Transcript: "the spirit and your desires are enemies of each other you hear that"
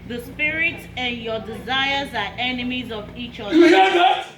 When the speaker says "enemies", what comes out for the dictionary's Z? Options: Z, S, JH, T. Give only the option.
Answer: Z